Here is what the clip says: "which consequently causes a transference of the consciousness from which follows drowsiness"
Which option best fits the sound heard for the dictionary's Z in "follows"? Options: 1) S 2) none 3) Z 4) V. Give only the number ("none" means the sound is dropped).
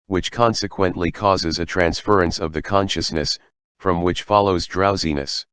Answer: 3